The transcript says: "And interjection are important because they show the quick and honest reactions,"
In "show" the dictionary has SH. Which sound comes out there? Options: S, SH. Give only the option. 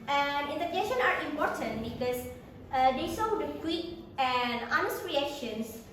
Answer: S